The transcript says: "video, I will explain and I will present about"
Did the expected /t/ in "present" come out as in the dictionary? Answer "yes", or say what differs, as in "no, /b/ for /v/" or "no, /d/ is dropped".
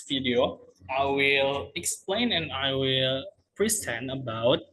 no, /t/ is dropped